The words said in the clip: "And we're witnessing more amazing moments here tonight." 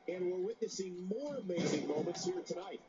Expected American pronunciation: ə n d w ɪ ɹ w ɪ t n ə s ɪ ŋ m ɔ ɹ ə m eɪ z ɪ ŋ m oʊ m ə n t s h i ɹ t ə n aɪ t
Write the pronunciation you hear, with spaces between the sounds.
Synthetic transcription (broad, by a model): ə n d w ɪ ɹ w ɪ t n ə s ɪ ŋ m ɔ ɹ m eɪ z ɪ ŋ m oʊ m ə n t s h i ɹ t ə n aɪ t